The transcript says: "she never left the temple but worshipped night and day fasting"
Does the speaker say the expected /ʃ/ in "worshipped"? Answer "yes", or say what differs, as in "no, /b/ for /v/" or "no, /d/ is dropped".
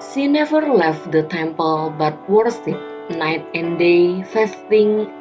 no, /s/ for /ʃ/